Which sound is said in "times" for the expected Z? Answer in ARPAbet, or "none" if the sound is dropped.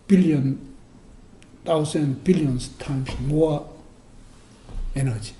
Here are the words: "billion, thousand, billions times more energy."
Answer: S